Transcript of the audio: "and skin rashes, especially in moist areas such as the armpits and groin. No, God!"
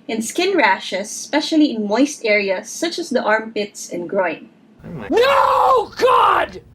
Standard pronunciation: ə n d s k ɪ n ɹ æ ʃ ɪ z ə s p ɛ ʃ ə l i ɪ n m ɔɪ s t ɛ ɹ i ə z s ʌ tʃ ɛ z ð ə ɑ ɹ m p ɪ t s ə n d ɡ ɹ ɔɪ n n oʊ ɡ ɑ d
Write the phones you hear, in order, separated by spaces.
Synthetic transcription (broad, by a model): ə n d s k ɪ n ɹ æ ʃ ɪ s p ɛ ʃ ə l i ɪ n m ɔɪ s t ɛ ɹ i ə s ʌ tʃ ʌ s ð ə ɑ ɹ m p ɪ t s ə n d ɡ ɹ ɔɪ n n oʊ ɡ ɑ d